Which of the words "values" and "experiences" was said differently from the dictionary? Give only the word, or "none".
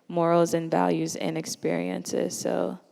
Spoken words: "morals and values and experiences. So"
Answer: none